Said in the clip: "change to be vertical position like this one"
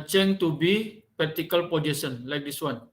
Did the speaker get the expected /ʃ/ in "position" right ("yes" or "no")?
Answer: no